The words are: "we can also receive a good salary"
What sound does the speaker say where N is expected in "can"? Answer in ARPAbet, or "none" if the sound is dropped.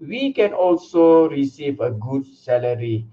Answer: N